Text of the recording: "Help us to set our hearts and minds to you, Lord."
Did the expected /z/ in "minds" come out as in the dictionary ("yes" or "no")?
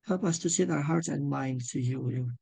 no